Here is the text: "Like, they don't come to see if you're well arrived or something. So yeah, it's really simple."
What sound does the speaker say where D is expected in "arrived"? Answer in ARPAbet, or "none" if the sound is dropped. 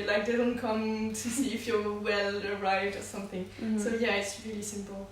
D